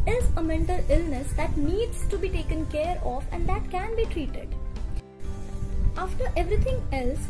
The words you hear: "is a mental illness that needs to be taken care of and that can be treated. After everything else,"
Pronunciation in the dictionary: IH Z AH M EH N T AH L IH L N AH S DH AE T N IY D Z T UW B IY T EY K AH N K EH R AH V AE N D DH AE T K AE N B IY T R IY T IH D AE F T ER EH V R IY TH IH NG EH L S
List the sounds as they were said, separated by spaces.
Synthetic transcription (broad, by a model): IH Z AH M EH N T AH L IH L N AH S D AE T N IY D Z T UW B IY T EY K AH N K EH R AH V AE N D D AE T K AE N B IY T R IY T IH D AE F T ER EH V R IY T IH NG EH L S